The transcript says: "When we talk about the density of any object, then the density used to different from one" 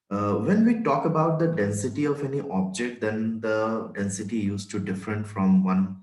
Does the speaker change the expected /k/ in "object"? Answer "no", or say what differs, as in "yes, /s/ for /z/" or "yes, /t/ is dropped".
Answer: no